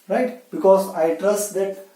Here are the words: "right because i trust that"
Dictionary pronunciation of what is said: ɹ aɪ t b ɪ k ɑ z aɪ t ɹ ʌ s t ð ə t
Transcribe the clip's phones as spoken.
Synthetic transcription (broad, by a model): ɹ aɪ t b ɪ k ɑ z aɪ t ɹ ʌ s t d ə t